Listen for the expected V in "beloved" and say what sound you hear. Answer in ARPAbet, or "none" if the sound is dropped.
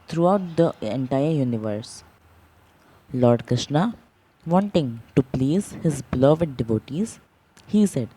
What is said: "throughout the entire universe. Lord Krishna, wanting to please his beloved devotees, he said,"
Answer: V